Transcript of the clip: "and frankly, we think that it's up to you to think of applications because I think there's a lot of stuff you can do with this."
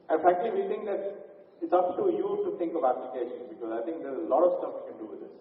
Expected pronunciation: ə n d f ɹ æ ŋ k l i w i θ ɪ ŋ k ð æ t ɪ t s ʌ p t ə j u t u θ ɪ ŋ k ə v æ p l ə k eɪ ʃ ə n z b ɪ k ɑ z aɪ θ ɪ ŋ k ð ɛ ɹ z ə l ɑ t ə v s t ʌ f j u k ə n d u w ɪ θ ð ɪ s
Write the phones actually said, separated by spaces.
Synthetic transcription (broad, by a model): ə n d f æ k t l i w i t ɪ ŋ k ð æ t ɪ t s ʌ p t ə j u t u t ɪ ŋ k ə v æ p l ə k eɪ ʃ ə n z b ɪ k ɑ z aɪ t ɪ ŋ k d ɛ ɹ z ə l ɑ t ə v s t ʌ f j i k ə n d u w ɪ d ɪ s